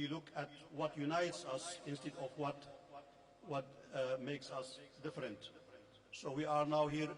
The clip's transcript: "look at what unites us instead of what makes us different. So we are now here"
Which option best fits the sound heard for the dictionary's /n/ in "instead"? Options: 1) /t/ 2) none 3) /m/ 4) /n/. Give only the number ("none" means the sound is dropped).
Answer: 4